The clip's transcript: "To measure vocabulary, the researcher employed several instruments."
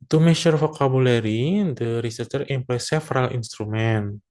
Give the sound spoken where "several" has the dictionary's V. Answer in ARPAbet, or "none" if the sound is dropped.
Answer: F